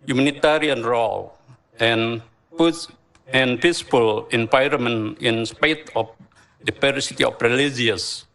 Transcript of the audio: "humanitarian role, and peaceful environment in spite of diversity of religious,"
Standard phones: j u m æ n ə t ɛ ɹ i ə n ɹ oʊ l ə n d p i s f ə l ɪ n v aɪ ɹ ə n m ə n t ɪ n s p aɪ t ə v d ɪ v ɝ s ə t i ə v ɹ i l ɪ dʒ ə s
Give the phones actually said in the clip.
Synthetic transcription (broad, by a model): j u m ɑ n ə t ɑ ɹ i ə n ɹ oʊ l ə n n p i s p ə l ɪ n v aɪ ɹ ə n m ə n ɪ n s p aɪ t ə f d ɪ p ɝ s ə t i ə f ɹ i l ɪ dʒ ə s